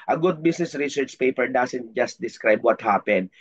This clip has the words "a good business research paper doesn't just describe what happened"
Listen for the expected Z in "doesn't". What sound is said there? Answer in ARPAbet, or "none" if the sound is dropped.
S